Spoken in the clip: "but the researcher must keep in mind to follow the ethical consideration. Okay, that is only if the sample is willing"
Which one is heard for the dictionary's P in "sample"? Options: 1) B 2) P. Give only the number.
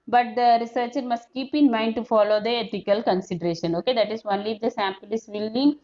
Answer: 2